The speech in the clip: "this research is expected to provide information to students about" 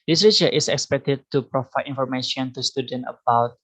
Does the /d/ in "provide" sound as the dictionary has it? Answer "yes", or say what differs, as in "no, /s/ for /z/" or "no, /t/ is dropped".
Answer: no, /d/ is dropped